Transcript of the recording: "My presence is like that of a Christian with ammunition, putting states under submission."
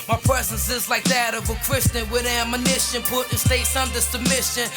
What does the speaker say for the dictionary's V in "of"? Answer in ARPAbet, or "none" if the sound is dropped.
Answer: V